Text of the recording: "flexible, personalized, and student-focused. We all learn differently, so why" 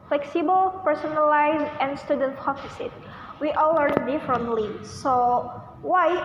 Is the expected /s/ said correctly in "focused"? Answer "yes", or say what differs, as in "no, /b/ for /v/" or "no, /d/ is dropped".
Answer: no, /s/ is dropped